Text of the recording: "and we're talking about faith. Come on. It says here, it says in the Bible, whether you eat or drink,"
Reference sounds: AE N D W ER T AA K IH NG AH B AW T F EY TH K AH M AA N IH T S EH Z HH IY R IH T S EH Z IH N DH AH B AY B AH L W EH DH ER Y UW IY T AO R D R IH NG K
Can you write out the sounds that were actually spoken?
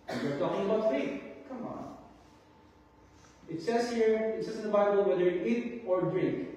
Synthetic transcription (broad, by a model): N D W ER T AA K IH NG AH B AW T F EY T K AH M AA N IH T S EH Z HH IY R IH T S EH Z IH N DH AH B AY B AH L W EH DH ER IY T AO R D R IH NG K